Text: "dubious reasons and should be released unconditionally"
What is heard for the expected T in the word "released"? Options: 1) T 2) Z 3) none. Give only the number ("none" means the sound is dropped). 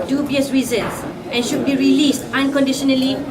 1